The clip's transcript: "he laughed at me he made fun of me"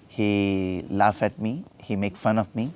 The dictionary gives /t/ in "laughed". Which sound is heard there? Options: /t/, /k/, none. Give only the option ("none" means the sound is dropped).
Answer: none